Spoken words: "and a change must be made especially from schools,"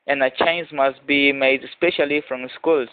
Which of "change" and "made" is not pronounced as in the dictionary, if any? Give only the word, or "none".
change